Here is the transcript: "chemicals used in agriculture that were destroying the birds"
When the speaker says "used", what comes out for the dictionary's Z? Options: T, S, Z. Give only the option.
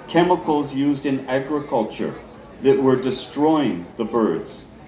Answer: Z